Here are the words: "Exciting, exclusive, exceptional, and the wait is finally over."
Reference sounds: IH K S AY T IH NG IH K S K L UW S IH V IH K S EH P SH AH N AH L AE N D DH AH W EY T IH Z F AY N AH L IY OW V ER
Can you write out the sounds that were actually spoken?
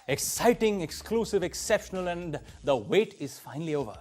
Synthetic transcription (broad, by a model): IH K S AY T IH NG IH K S K L UW S IH V IH K S EH P SH AH N AH L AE N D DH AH W EY T IH Z F AY N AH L IY OW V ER